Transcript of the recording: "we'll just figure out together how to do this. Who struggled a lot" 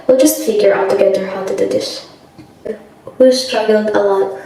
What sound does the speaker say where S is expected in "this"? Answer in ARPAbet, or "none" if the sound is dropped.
SH